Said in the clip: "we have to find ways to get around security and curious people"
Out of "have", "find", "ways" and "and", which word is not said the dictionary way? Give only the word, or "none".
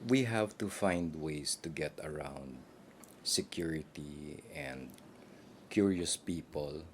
ways